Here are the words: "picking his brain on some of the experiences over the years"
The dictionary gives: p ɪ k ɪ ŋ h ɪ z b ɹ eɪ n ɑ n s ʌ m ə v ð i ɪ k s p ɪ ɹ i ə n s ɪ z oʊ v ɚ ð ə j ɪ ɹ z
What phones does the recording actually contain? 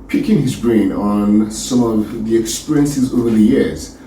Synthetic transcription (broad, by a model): p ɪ k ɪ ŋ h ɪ z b ɹ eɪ n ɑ n s ʌ m ə v ð i ɪ k s p ɪ ɹ i ə n s ɪ z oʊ v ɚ ð ə j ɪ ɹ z